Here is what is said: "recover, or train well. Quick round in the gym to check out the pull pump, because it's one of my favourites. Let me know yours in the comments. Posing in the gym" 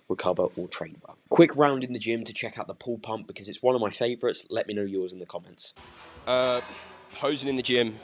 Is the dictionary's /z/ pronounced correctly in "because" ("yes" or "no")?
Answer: yes